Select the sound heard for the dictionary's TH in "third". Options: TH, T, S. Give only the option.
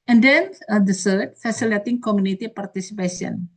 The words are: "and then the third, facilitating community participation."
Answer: S